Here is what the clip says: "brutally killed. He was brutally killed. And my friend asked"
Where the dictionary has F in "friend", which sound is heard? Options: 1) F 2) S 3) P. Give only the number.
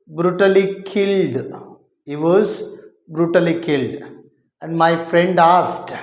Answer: 1